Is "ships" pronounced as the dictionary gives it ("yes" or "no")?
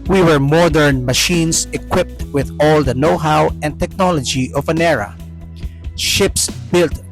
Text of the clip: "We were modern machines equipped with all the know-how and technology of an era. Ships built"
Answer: yes